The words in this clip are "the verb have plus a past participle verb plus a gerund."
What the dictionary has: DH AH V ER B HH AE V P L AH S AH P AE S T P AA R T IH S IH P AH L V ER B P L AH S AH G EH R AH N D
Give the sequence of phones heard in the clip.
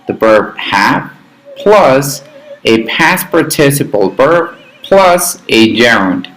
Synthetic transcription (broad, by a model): DH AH B ER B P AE P P L AH S AH P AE S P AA R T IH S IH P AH L B ER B P L AH S AH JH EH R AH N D